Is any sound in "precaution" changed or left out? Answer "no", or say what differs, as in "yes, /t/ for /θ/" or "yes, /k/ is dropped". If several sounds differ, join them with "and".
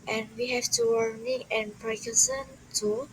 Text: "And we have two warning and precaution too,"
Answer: yes, /s/ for /ʃ/